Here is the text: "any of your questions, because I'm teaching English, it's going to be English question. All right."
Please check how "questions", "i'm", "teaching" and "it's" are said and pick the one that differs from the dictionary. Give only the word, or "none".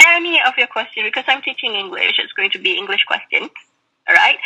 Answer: questions